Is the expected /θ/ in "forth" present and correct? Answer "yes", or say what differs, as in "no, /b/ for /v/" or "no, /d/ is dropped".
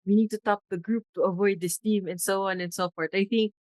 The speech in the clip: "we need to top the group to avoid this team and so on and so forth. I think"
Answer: no, /t/ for /θ/